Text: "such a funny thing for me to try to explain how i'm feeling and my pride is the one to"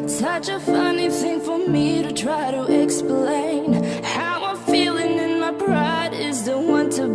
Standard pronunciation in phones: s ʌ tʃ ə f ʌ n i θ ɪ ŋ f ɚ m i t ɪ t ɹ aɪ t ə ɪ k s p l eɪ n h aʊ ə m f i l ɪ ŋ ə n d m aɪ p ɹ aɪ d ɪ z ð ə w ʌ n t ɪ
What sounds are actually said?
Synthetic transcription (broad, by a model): s ʌ tʃ ə f ʌ n i θ ɪ ŋ f ɚ m i t ɪ t ɹ aɪ t ə ɪ k s p l eɪ n h aʊ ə f i l ɪ ŋ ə n m aɪ b ɹ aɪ d ɪ z ð ə w ʌ n t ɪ